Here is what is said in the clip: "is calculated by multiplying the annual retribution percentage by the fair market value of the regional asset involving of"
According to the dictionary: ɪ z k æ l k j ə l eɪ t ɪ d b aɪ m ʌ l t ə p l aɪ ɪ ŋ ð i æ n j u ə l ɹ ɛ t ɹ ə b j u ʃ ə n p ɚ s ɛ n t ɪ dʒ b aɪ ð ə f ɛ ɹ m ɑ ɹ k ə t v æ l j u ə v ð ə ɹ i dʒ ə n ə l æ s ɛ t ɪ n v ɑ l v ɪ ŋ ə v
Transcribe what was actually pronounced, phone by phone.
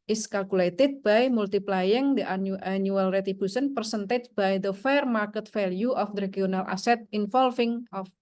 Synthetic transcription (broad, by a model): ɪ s k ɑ l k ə l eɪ t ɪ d b aɪ m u l t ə p l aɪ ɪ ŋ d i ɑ n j u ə l ɹ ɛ t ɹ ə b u s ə n p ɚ s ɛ n t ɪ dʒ b aɪ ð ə f ɛ ɹ m ɑ ɹ k ə t f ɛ l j u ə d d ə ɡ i ə n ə l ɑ s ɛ t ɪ n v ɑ l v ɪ ŋ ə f